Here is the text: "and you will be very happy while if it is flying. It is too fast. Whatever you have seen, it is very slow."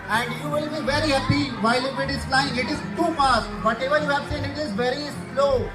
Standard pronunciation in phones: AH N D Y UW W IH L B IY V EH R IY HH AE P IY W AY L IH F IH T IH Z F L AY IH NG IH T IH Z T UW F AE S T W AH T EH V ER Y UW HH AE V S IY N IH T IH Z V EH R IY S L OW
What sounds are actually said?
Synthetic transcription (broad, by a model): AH N D Y UW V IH L B IY V EH R IY HH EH P IY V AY L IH P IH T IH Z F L AY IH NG IH T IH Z T UW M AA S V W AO T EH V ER Y UW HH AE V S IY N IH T IH Z V EH R IY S L OW